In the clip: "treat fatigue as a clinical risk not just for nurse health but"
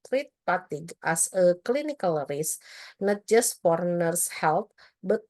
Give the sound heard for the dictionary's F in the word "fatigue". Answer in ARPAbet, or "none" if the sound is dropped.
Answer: P